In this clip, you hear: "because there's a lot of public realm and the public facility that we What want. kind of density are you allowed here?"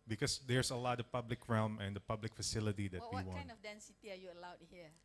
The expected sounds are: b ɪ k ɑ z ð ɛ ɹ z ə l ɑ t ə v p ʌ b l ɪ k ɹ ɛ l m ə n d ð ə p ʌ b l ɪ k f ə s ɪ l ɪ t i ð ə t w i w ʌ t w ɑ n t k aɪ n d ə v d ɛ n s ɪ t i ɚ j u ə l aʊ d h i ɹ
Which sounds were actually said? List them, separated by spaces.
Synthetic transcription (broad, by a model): b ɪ k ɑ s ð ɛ ɹ s ə l ɑ t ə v p ʌ b l ɪ k ɹ ɛ l m ə n d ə p ʌ b l ɪ k f ə s ɪ l ɪ t i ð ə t w i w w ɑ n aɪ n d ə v d ɛ n s ɪ t i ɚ j u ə l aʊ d h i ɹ